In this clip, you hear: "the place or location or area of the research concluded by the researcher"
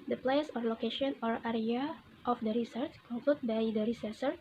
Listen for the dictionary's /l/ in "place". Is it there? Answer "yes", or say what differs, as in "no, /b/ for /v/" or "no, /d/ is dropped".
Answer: yes